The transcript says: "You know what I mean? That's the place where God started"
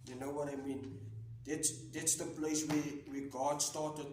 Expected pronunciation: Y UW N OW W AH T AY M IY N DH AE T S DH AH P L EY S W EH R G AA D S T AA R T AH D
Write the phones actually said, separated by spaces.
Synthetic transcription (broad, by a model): Y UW N OW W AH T AY M IY N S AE T S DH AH P L EY S W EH W G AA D S T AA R T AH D